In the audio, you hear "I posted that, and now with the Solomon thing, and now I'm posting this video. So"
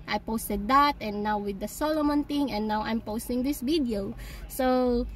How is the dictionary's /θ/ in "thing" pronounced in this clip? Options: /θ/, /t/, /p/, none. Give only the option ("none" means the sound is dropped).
/t/